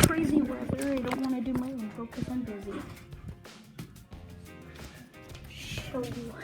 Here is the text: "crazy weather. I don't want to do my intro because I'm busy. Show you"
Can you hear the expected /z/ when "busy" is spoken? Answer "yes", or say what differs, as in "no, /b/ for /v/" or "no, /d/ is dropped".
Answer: yes